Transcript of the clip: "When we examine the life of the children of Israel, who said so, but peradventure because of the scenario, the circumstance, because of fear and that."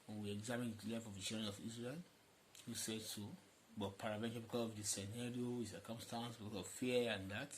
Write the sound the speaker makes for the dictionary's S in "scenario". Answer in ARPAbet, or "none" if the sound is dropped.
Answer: S